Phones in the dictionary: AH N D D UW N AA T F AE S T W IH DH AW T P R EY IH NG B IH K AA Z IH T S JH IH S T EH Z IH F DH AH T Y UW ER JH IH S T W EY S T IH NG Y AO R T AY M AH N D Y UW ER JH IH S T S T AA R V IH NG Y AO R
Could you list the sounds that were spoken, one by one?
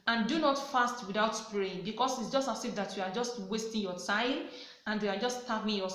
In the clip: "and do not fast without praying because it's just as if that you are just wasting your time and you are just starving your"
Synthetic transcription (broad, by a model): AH N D D UW N AA T F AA S T W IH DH AW T P R EY IH NG B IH K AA S IH T S JH IH S T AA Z IH F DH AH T Y UW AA JH IH S T W EY S T IH NG Y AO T AY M AH N D Y UW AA JH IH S S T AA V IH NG Y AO